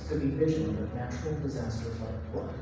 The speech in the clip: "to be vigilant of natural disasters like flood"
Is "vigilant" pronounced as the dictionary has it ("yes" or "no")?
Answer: no